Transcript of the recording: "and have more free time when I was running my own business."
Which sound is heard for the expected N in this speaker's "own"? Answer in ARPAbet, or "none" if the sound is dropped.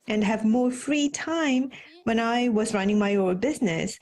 L